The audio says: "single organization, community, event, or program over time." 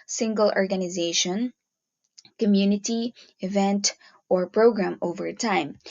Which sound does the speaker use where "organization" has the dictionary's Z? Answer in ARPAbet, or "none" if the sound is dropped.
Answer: Z